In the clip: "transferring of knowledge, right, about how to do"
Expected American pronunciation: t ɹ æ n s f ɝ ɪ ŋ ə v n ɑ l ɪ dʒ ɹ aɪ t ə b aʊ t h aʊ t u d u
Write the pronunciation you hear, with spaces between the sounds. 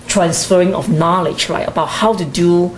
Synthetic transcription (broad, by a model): t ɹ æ n s f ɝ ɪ ŋ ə f n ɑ l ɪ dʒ ɹ aɪ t ə b aʊ t h aʊ t u d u